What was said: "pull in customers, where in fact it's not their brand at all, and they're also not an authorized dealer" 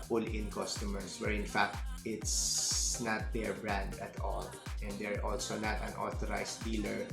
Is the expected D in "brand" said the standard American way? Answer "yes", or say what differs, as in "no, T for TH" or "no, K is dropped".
yes